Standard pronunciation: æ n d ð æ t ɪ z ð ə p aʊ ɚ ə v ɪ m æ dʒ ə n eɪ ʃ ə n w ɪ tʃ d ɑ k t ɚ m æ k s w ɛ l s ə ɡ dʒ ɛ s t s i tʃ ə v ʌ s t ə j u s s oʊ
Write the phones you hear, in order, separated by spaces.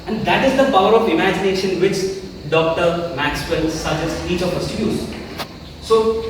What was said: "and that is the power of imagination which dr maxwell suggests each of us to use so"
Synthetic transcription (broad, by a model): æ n d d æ t ɪ z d ə p aʊ ɚ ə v ɪ m æ dʒ ə n eɪ ʃ ə n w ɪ tʃ d ɑ k t ɚ m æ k s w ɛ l s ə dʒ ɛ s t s i tʃ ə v ʌ s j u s s oʊ